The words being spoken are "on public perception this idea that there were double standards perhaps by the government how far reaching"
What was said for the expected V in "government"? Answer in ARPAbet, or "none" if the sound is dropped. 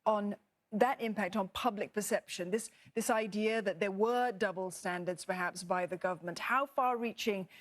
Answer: V